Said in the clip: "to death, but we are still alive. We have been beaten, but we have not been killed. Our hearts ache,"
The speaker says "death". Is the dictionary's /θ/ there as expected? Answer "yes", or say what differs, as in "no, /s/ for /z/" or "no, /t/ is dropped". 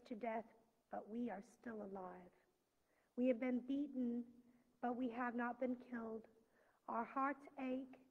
yes